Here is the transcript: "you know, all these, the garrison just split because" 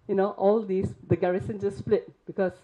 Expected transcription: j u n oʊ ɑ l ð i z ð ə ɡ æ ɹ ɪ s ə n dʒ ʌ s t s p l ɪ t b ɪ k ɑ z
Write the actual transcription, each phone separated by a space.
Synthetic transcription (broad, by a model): j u n oʊ ɑ l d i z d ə ɡ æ ɹ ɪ s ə n dʒ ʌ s s p l ɪ t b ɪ k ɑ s